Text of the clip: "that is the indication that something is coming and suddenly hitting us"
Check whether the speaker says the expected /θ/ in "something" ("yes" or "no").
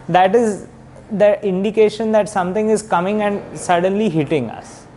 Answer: no